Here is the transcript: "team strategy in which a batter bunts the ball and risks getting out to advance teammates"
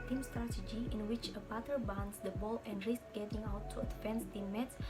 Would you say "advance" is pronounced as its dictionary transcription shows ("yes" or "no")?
no